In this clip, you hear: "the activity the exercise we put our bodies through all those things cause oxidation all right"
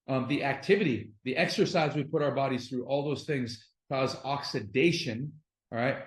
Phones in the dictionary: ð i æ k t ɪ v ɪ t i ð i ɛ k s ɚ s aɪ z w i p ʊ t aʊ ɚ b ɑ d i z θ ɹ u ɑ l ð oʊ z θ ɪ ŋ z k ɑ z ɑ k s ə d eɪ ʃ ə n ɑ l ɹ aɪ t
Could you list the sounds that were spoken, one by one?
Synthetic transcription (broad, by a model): ð i æ k t ɪ v ɪ t i ð i ɛ k s ɚ s aɪ z w i p ʊ t aʊ ɚ b ɑ d i z θ ɹ u ɑ l ð oʊ z θ ɪ ŋ z k ɑ z ɑ k s ə d eɪ ʃ ə n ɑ ɹ aɪ t